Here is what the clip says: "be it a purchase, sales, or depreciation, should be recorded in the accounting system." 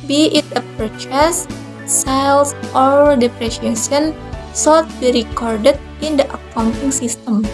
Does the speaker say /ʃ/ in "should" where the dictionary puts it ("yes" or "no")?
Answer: no